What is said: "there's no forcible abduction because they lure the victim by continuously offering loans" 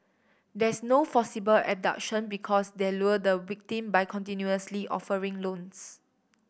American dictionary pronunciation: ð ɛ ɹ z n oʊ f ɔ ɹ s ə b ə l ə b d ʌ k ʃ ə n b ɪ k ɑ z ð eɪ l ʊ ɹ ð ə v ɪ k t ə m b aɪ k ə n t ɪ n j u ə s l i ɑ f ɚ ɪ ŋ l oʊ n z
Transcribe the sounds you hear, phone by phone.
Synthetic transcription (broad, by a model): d ɛ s n oʊ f ɔ s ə b ə l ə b d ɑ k ʃ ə n b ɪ k ɑ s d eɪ l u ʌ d ə w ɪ k t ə m b aɪ k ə n t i n j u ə s l i ɑ f ɚ ɪ ŋ l oʊ n s